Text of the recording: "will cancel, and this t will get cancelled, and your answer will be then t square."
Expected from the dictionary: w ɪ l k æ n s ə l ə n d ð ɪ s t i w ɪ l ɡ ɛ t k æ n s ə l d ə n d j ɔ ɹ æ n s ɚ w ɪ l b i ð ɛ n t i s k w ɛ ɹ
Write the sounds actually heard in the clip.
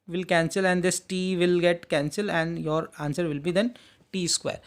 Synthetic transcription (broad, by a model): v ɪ l k æ n s ə l ə n d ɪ s t i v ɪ l ɡ ɛ t k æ n s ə l ə n d j ɔ ɹ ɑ n s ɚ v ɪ l b i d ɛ n t i s k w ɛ ɹ